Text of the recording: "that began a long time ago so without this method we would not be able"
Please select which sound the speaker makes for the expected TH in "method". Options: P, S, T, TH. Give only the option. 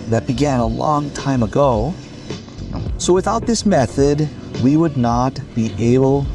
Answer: TH